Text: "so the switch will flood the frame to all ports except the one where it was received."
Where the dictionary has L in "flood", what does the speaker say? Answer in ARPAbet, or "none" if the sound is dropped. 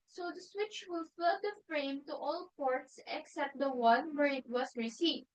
none